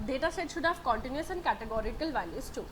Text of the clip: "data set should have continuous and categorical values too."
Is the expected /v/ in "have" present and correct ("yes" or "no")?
no